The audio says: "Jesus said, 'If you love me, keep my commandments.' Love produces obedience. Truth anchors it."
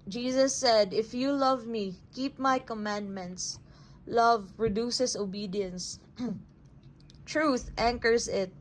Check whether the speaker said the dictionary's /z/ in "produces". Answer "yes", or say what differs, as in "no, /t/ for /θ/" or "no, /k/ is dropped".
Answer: no, /s/ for /z/